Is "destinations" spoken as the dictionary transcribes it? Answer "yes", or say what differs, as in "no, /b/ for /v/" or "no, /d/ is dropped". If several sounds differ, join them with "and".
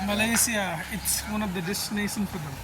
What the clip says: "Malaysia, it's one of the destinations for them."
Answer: no, /z/ is dropped